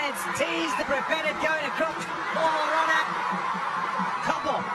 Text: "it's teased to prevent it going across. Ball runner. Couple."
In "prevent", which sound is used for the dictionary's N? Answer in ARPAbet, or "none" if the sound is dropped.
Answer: none